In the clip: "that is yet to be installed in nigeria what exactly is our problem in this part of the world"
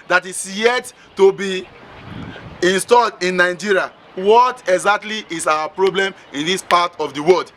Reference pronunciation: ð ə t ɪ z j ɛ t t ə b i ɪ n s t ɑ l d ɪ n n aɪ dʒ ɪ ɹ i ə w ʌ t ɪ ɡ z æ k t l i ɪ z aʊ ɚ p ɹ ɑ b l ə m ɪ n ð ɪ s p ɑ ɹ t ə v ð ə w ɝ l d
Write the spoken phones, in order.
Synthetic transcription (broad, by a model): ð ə t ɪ s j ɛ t t ə b i ɪ n s t ɑ l d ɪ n n aɪ dʒ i ɹ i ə w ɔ t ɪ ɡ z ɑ k t l i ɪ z aʊ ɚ p ɹ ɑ b l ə m ɪ n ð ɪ s p ɑ t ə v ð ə w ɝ l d